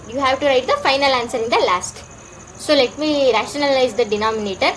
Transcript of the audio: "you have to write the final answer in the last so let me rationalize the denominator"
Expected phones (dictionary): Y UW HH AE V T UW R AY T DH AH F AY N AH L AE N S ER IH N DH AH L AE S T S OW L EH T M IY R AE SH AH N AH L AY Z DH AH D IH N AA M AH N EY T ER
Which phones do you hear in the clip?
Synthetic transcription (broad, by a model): Y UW HH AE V T UW R AY T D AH F AY N AH L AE N S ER IH N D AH L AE S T S OW L EH T M IY R AE SH AH N AH L AY Z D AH D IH N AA M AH N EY T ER